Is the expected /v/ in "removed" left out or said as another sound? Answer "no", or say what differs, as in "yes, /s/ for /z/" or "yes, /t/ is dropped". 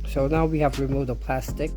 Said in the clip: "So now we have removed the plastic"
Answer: yes, /v/ is dropped